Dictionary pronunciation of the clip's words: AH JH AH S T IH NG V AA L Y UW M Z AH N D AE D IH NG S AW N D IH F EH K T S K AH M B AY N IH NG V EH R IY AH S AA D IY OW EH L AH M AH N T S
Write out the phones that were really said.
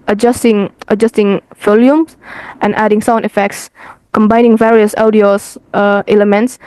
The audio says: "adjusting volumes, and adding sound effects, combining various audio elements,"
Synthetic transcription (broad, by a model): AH JH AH S T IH NG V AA L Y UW M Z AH N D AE D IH NG S AW N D IH F EH K T S K AH M B AY N IH NG V EH R IY AH S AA D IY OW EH L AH M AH N T S